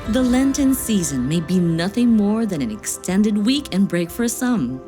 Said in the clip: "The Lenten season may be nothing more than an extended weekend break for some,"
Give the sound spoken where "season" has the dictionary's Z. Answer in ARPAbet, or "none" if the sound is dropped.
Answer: Z